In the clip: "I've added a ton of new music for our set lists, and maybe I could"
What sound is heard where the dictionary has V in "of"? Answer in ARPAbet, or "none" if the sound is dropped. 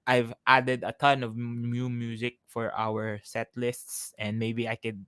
V